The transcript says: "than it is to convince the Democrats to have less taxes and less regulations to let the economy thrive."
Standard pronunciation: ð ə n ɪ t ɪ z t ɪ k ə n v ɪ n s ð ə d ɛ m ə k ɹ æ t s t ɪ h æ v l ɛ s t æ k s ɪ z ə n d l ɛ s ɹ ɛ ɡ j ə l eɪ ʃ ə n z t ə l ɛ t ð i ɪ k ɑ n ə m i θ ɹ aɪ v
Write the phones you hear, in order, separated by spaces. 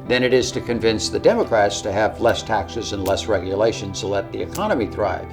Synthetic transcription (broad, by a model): ð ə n ɪ t ɪ z t ɪ k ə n v ɪ n s ð ə d ɛ m ə k ɹ æ t s t ɪ v l ɛ s t æ k s ɪ z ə n l ɛ s ɹ ɛ ɡ j ə l eɪ ʃ ə n z t ə l ɛ t ð i ɪ k ɑ n ə m i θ ɹ aɪ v